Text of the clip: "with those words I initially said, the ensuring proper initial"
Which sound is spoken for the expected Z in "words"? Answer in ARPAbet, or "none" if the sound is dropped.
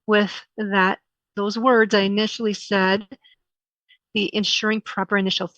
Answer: Z